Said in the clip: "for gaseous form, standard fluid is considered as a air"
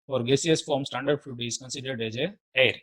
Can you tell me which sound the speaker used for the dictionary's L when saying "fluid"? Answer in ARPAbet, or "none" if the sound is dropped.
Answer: none